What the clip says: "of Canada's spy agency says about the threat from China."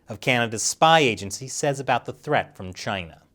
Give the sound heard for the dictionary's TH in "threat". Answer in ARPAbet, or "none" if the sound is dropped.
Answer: TH